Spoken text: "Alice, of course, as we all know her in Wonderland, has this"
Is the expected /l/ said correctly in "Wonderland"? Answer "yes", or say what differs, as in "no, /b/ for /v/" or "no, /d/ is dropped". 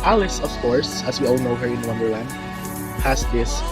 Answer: no, /w/ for /l/